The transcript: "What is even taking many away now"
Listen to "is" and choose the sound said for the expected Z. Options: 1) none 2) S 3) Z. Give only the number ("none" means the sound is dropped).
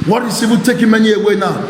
2